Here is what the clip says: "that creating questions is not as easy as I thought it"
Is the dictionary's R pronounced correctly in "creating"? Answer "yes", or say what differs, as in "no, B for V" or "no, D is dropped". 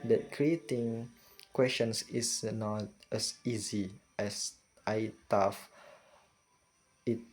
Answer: yes